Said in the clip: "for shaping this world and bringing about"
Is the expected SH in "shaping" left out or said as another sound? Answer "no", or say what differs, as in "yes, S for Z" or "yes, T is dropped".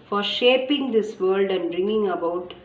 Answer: no